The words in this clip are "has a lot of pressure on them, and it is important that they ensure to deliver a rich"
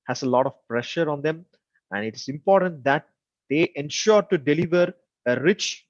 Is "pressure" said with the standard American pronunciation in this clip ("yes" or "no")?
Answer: yes